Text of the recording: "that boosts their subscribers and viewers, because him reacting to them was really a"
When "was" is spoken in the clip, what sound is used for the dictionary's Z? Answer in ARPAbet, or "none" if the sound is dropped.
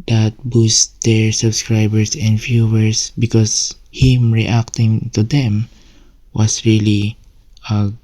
S